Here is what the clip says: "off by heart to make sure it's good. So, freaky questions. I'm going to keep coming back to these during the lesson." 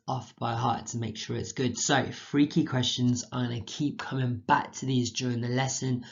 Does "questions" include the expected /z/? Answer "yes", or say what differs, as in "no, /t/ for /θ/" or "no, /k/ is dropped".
yes